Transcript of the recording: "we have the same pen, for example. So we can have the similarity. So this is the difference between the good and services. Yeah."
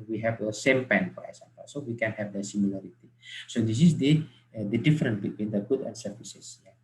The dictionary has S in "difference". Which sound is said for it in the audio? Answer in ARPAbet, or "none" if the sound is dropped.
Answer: none